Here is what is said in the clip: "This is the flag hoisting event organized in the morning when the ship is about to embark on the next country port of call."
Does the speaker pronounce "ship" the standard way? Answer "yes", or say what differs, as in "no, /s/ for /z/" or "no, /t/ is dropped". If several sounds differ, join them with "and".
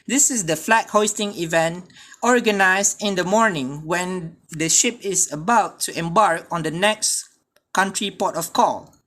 yes